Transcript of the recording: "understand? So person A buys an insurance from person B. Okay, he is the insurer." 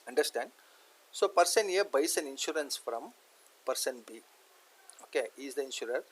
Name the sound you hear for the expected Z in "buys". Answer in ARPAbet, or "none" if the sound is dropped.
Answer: S